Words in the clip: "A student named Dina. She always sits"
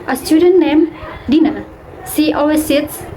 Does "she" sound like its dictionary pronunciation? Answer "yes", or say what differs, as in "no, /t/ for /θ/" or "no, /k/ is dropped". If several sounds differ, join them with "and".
no, /s/ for /ʃ/